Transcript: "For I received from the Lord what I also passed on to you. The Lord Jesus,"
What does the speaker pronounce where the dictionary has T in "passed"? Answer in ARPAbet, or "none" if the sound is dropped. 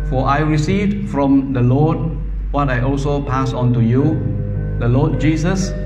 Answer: none